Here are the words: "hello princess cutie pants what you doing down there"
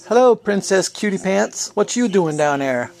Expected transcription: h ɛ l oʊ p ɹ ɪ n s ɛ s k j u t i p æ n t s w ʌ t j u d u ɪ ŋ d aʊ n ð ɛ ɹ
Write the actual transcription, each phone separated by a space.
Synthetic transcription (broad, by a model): h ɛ l oʊ p ɹ ɪ n s ɛ s k j u t i p æ n t s w ʌ t j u d u ɪ ŋ d aʊ n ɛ ɹ